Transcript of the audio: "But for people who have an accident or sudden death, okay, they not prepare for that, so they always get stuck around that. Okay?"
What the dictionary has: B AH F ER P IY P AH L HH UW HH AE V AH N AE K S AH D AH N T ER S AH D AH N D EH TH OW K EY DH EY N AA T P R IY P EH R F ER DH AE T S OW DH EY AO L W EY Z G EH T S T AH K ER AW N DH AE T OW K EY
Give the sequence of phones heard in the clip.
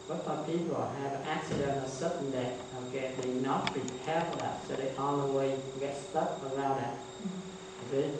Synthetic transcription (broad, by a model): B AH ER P IY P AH L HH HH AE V AH N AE K S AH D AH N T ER S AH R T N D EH T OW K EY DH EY N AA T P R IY P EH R F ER DH AE T S OW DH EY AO N W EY G EH T S T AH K ER AW N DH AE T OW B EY